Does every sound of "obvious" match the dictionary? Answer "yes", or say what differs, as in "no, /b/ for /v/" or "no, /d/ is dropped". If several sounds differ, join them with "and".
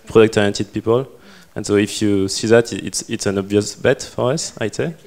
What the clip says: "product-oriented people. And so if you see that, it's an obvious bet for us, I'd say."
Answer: yes